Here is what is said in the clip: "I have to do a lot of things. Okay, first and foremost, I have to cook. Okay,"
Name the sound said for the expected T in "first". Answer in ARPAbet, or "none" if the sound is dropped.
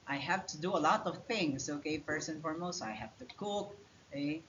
none